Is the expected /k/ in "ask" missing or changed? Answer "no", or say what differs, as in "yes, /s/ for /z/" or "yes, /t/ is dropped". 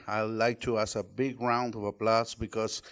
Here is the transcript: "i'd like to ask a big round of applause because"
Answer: yes, /k/ is dropped